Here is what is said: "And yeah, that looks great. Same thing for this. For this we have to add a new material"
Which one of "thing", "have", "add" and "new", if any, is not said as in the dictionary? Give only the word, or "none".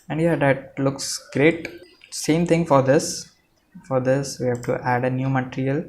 thing